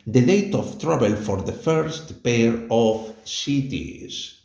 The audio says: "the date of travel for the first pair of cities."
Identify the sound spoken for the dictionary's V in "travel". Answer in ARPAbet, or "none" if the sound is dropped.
B